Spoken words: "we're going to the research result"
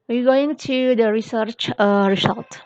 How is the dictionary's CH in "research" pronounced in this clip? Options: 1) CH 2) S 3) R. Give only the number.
1